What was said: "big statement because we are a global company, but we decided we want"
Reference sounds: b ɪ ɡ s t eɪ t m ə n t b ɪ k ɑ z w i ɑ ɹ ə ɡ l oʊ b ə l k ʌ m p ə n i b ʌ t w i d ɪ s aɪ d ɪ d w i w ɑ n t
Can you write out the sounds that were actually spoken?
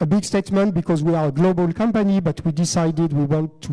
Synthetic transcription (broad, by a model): b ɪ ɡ s t eɪ t m ə n t b ɪ k ɑ z w i ɑ ɹ ə ɡ l oʊ b ə l k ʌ m p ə n i b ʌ t w i d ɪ s aɪ d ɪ d w i w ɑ n t